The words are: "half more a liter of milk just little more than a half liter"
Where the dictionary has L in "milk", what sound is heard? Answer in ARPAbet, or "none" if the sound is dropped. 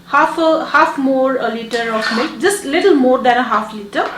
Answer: none